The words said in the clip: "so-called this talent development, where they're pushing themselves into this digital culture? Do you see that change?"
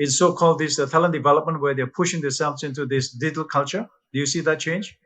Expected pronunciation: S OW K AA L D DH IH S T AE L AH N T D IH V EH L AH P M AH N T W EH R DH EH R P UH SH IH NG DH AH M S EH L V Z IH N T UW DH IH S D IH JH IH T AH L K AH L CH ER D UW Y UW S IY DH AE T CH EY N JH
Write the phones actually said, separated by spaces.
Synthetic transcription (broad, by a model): S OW K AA L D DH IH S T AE L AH N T D IH V EH L AH P M AH N T W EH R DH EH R P UH SH IH NG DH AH S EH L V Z IH N T UW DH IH S D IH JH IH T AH L K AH L CH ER D UW Y UW S IY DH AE T CH EY N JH